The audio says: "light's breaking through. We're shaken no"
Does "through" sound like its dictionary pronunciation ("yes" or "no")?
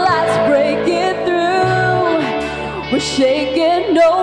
yes